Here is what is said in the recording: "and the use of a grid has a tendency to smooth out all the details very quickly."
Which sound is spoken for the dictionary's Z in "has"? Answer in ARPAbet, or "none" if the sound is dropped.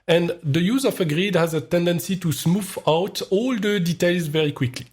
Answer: Z